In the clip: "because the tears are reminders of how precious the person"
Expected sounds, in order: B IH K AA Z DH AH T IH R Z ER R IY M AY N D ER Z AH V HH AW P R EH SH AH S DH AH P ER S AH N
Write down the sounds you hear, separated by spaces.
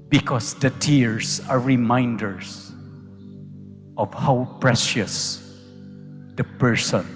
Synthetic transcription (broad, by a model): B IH K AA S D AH T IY R S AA R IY M AY N D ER S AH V HH AW P R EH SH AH S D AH P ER S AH N